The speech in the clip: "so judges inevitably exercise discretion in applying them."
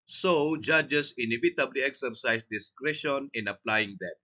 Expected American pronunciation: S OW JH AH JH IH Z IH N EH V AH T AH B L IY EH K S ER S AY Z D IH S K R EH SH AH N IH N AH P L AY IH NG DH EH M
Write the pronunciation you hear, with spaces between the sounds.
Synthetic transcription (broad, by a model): S OW JH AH JH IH S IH N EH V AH T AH B L IY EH K S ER S AY S D IH S K R EH SH AH N IH N AH P L AY IH NG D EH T